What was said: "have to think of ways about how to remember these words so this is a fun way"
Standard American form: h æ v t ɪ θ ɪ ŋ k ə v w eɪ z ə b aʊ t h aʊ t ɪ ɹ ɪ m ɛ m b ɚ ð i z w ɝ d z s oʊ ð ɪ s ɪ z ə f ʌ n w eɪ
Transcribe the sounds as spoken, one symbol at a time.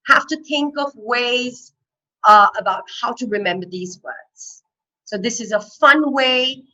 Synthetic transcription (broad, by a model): h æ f t ɪ θ ɪ ŋ k ə v w eɪ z ə b aʊ t h aʊ t ɪ ɹ ɪ m ɛ m b ɚ ð i z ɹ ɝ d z s oʊ ð ɪ s ɪ z ə f ʌ n w eɪ